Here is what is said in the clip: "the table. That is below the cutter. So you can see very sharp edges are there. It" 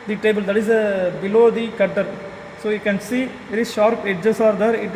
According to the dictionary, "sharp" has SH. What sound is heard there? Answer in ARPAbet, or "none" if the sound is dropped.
SH